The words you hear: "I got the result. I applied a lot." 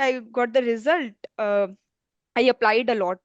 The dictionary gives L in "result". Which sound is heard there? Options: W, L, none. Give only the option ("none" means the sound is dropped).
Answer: L